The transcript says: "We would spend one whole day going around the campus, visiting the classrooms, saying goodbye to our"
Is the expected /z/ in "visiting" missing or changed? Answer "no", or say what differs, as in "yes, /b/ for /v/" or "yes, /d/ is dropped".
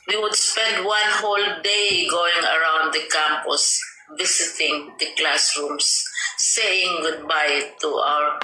yes, /s/ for /z/